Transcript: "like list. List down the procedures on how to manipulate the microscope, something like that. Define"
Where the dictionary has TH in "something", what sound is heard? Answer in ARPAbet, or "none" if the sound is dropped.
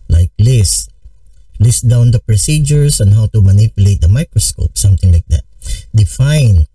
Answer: T